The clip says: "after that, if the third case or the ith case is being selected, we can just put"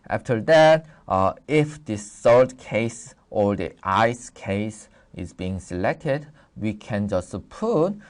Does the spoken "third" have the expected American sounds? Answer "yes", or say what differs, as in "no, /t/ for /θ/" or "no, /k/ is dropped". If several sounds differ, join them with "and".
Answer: no, /s/ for /θ/